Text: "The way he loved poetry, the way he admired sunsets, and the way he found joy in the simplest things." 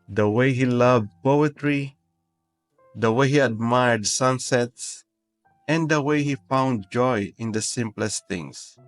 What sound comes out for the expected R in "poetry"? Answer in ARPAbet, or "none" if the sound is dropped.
R